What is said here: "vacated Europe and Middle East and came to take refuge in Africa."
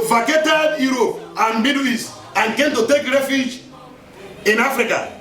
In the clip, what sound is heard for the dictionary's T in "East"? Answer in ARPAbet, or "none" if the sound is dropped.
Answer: none